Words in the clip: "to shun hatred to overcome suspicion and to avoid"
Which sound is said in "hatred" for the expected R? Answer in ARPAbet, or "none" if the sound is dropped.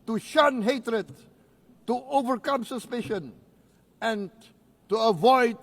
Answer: R